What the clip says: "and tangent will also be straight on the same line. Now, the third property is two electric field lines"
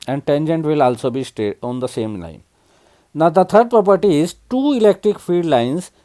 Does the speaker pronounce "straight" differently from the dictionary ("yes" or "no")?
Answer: yes